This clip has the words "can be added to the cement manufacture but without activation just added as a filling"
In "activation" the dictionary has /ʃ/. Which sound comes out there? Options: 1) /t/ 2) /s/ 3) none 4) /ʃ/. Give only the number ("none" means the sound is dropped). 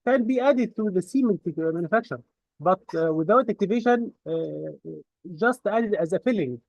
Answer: 4